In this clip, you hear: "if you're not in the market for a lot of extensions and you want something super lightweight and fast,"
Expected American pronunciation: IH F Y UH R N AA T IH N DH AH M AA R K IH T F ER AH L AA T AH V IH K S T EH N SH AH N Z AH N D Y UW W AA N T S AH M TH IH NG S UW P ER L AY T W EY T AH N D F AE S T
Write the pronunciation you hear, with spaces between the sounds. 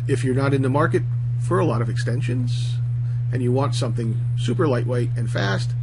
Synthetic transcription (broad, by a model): IH F Y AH R N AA T IH N DH AH M AA R K IH T F ER AH L AA T AH V IH K S T EH N SH AH N Z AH N Y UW W AA N T S AH M TH IH NG S UW P ER L AY T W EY T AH N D F AE S T